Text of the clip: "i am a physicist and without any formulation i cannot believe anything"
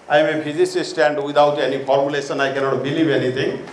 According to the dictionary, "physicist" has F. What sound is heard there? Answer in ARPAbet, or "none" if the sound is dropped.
P